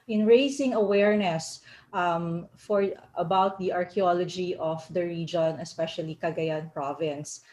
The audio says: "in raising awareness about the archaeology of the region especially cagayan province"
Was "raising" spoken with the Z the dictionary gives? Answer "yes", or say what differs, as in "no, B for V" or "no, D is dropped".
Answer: no, S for Z